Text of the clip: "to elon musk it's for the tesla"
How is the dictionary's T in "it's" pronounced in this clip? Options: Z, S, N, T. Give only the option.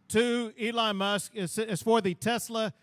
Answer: S